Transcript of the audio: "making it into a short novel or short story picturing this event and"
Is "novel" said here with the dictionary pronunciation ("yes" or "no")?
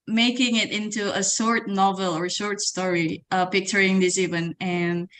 yes